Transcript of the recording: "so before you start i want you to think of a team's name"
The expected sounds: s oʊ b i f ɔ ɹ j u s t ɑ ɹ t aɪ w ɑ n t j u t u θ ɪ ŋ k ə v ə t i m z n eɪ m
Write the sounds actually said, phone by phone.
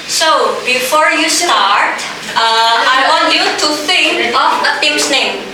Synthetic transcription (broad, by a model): s oʊ b i f ɔ ɹ j u s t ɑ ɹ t aɪ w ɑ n j u t u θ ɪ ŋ ə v ə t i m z n eɪ m